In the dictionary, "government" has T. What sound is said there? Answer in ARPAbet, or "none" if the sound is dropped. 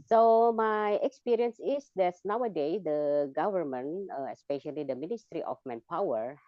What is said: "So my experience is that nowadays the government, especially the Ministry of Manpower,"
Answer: none